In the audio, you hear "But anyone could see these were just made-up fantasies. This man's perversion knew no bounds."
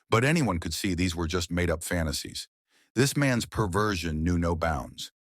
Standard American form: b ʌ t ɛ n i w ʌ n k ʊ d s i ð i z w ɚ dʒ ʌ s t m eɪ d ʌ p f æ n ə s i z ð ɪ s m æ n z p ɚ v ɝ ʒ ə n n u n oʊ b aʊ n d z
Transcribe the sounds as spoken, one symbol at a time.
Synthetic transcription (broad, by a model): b ʌ t ɛ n i w ʌ n k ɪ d s i ð i z w ɚ dʒ ʌ s t m eɪ d ʌ p f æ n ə s i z ð ɪ s m æ n z p ɚ v ɝ ʒ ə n n u n oʊ b aʊ n d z